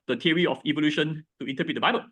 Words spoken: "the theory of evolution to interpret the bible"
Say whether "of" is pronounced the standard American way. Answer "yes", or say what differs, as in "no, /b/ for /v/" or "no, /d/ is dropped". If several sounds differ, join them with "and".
no, /f/ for /v/